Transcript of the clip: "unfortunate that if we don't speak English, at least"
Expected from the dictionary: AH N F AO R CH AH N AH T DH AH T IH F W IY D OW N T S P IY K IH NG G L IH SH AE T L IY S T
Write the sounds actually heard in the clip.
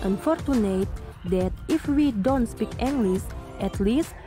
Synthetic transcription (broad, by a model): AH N F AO R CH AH N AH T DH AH T IH F W IY D OW N T S P IY K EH NG G L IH S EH T L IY S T